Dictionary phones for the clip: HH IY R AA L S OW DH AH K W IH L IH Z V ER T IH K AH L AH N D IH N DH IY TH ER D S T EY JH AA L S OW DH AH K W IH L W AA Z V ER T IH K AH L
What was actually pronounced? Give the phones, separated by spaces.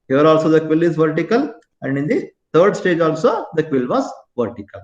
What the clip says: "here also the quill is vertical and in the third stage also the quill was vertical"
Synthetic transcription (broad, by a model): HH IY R AA L S OW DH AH K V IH L IH Z V ER T IH K AH L AH N D IH N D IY T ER D S T EY JH AA L S OW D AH K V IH L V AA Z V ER T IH K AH L